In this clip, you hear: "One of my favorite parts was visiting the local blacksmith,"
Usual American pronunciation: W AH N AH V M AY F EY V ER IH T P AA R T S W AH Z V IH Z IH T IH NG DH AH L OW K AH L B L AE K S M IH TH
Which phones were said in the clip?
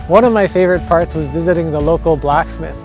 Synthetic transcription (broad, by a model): W AH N AH V M AY F EY V ER IH T P AA R T S W AH Z V IH Z IH T IH NG DH AH L OW K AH L B L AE K S M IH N